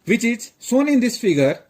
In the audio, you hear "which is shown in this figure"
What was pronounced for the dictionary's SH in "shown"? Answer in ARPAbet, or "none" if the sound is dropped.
S